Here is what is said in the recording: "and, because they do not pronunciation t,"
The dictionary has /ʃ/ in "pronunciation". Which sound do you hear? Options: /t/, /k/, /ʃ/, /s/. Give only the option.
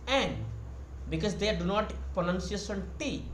/s/